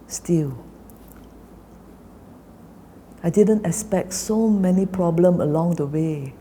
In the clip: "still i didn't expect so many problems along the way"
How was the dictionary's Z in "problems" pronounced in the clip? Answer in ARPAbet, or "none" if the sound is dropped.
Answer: none